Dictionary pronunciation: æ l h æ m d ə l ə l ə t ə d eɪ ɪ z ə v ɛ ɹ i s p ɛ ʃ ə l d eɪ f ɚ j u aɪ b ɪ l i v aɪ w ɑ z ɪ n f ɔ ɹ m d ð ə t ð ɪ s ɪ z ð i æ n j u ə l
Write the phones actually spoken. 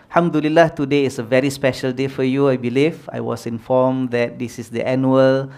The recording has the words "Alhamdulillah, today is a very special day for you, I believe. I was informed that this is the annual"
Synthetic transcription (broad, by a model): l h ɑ m d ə l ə l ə t ə d eɪ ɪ s ə v ɛ ɹ i s p ɛ ʃ ə l d eɪ f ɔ j u aɪ b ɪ l i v aɪ w ɑ s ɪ n f ɔ m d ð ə t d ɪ s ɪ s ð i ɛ n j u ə l